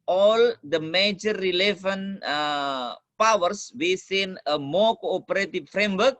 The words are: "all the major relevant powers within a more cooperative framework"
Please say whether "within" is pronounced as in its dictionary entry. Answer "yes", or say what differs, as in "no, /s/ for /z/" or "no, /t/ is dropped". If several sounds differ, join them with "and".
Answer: no, /s/ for /θ/